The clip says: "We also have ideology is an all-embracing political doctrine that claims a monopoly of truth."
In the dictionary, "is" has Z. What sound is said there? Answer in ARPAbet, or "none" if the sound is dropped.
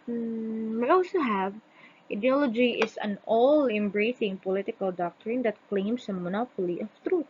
S